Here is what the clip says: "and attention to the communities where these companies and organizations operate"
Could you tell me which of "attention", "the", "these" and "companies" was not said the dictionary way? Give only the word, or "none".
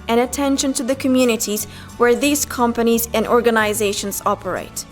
none